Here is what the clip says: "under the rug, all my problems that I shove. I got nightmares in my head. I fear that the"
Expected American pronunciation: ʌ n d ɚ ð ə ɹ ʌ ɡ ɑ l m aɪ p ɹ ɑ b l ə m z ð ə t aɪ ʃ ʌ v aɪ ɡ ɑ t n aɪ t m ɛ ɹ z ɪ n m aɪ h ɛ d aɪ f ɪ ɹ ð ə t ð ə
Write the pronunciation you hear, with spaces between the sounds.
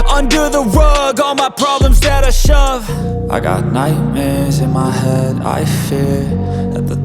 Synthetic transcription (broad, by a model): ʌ n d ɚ ð ə w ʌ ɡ ɑ l m aɪ p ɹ ɑ b l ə m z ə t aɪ ʃ ʌ v aɪ ɡ ɑ t n aɪ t m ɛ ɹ z ɪ n m aɪ h ɛ d aɪ f ɪ ɹ ð ə t ð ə